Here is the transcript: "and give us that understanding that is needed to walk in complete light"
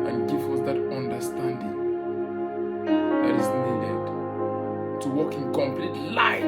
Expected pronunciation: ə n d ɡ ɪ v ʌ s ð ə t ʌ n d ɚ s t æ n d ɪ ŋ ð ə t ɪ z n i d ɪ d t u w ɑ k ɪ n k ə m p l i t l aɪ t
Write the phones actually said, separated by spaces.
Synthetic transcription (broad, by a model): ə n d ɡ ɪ f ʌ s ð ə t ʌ n d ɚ s t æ n d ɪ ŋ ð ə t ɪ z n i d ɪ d t u w ɑ k ɪ n k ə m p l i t l aɪ